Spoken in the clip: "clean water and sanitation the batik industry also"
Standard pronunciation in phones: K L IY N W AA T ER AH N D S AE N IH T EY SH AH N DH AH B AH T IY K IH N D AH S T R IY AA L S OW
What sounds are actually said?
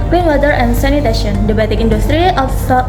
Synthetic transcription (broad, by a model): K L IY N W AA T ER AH N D S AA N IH T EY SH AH N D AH B AH T IY K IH N D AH S T R IY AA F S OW